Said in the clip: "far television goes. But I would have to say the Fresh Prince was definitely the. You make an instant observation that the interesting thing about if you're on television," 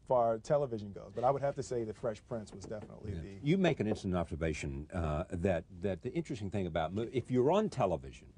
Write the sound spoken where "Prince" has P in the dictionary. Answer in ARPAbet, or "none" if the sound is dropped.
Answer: P